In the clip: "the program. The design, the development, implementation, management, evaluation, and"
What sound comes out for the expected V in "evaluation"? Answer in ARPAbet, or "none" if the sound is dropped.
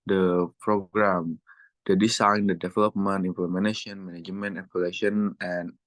P